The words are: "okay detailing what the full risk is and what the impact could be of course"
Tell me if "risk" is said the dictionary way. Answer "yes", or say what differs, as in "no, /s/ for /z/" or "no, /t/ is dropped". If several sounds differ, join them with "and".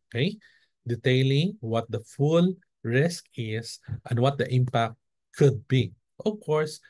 yes